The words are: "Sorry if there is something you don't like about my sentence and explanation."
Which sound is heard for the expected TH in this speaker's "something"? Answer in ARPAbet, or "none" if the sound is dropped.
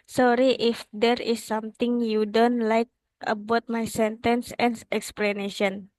T